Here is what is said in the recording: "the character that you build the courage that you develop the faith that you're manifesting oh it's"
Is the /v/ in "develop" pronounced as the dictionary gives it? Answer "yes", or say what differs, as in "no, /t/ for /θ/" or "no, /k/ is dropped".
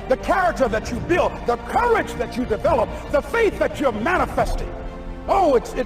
yes